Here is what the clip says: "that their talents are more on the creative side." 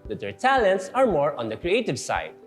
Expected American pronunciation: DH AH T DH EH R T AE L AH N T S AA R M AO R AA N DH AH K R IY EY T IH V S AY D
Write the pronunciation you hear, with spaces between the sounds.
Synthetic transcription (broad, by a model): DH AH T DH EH R T AE L AH N T S AA R M AO R AA N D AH K R IY EY T IH V S AY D